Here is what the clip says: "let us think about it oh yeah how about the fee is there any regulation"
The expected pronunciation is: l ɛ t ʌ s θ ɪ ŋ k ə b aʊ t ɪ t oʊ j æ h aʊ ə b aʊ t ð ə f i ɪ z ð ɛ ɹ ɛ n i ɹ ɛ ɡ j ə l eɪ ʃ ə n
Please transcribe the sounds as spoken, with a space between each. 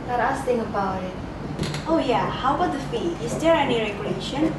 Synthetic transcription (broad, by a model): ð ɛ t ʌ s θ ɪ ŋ ə b aʊ t ɪ t oʊ j æ h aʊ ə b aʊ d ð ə f i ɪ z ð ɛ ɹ ɛ n i ɹ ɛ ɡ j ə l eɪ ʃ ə n